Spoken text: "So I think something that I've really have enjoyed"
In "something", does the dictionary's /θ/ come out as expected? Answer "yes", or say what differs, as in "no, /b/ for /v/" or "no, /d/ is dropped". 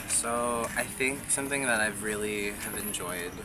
yes